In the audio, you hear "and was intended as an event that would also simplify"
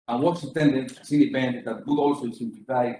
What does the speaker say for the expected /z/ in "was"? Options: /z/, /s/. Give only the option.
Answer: /s/